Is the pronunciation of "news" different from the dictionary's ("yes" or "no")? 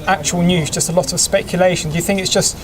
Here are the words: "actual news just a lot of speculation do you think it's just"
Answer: no